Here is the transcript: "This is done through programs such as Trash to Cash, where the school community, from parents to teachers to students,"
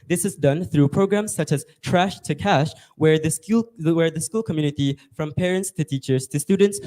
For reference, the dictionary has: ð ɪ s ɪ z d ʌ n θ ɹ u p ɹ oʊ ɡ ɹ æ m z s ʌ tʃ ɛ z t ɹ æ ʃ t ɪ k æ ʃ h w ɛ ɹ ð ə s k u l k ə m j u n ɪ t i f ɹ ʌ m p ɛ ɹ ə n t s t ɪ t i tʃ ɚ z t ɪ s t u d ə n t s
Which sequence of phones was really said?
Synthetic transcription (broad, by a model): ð ɪ s ɪ z d ʌ n θ ɹ u p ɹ oʊ ɡ ɹ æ m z s ʌ tʃ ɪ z t ɹ æ ʃ t ɪ k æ ʃ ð w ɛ ɹ ð ə s k u l k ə m j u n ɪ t i f ɹ ʌ m p ɛ ɹ ə n t s t ɪ t i tʃ ɚ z t ɪ s t u d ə n t s